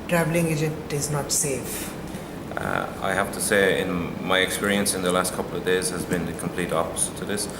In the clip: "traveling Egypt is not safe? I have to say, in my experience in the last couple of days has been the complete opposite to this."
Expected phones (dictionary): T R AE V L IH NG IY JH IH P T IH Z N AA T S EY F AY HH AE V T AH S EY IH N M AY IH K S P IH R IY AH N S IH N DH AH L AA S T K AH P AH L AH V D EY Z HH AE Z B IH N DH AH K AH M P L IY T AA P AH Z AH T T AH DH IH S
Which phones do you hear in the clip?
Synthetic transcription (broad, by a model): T R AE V L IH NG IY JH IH T IH Z N AA T S EY F AY HH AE F T AH S EY IH N M AY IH K S P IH R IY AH N S IH N DH AH L AA S T K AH P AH L AH V D EY Z HH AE Z B IH N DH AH K AH M P L IY T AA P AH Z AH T T AH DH IH S